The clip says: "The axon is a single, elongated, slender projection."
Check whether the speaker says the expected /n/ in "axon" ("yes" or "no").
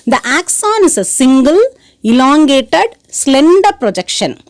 yes